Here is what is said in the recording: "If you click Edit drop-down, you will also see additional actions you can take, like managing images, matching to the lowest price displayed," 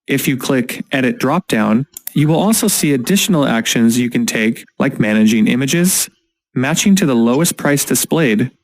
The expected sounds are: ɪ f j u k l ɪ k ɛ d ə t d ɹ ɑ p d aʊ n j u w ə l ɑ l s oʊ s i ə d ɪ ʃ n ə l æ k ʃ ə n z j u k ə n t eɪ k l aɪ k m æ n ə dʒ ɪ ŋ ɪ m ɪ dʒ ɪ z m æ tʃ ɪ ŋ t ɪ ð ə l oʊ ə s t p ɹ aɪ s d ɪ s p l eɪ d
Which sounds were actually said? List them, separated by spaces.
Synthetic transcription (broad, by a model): ɪ f j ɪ k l ɪ k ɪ d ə t d ɹ ɑ p d aʊ n j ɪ w ə l ɑ l s oʊ s i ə d ɪ ʃ n l æ k ʃ ə n z j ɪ k ə n t eɪ k l aɪ k m æ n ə dʒ ɪ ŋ ɪ m ɪ dʒ ɪ z m æ tʃ ɪ ŋ t ɪ ð ə l oʊ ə s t p ɹ aɪ s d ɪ s p l eɪ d